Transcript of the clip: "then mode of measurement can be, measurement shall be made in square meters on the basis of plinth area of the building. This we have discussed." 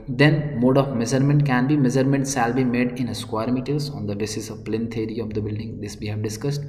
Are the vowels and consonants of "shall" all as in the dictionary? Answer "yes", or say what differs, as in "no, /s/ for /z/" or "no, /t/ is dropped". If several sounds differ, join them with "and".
no, /s/ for /ʃ/